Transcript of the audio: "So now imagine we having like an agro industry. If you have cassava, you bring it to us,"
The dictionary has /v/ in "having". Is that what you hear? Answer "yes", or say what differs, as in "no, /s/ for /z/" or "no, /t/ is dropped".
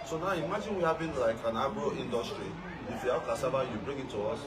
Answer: no, /b/ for /v/